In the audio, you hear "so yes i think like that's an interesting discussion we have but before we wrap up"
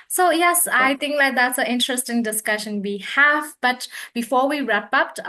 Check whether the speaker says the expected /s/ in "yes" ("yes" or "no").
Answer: yes